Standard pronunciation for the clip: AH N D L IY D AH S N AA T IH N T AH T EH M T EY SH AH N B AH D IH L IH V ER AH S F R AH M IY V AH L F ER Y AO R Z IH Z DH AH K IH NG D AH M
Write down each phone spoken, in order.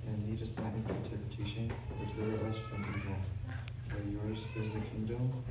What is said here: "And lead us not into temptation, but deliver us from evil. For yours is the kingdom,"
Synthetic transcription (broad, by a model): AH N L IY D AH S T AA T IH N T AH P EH T EY SH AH N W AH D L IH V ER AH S F R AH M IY W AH N F ER Y AO R Z IH Z DH AH K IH NG D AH M